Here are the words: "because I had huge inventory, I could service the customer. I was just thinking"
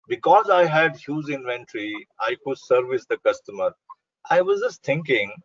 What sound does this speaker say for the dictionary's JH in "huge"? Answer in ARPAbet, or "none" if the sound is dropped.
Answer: Z